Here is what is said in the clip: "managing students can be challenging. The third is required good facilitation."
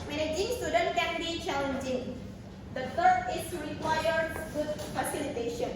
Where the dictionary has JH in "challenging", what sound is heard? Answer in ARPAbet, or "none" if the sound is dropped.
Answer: JH